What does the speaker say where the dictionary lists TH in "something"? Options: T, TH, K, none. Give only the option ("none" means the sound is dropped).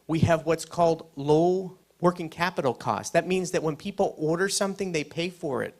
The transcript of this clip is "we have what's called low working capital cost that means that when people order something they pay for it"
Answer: TH